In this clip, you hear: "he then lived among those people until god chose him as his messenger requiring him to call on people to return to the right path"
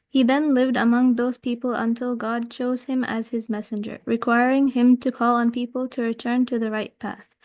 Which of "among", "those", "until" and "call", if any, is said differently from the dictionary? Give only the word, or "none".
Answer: none